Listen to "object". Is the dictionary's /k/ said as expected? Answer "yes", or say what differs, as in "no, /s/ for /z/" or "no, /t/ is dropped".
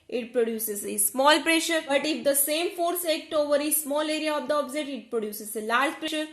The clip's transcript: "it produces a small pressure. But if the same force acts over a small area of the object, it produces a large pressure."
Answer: no, /k/ is dropped